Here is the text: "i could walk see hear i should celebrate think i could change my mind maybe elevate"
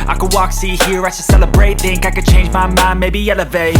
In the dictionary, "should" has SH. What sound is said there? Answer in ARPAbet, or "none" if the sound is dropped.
S